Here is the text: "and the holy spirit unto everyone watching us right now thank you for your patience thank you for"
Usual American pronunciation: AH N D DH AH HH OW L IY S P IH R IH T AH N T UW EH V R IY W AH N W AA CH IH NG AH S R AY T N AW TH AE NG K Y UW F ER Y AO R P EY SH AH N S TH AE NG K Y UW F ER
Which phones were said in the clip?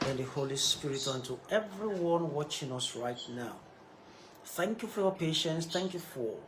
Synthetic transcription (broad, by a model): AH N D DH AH HH OW L IY S P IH R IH T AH N T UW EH V R IY W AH N W AA CH IH NG AH S R AY T N AW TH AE NG K Y UW F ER Y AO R P EY SH AH N S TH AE NG K Y UW F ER